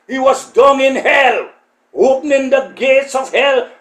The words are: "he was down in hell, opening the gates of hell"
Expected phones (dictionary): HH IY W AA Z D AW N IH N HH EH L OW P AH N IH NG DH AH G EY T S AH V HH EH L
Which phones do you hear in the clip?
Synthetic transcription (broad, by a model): HH IY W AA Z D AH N IH N HH EH L OW P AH N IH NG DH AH G EY T S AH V HH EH L